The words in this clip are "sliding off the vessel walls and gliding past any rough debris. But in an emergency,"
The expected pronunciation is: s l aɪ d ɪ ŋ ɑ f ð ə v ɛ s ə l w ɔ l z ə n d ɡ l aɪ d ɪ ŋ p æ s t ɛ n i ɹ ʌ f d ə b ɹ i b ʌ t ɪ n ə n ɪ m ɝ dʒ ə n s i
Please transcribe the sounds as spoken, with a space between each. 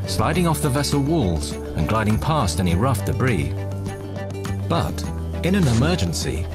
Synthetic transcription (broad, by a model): s l aɪ d ɪ ŋ ɑ f ð ə v ɛ s l w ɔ l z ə n ɡ l aɪ d ɪ ŋ p æ s t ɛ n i ɹ ʌ f d ə b ɹ i b ʌ t ɪ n ə n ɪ m ɝ dʒ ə n s i